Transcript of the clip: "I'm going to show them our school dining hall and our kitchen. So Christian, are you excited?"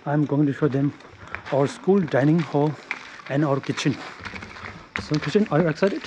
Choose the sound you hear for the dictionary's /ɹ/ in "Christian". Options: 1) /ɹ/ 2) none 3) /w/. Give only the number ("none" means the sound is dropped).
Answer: 2